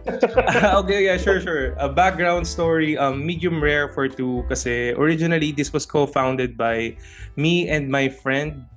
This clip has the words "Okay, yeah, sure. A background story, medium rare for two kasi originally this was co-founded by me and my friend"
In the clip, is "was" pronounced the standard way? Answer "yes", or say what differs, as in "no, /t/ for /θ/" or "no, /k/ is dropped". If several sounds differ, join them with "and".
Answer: no, /s/ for /z/